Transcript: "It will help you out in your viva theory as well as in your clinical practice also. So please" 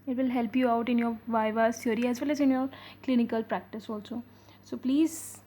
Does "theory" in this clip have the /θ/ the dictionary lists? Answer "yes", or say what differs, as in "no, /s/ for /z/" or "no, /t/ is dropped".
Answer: no, /s/ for /θ/